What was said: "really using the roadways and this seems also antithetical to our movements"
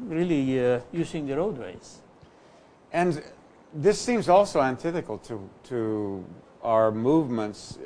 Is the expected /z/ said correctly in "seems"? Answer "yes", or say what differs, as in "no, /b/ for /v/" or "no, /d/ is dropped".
yes